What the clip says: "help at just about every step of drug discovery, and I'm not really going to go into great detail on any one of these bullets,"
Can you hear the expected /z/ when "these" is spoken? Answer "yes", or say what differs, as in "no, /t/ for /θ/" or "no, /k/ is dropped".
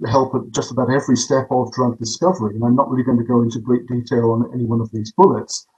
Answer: yes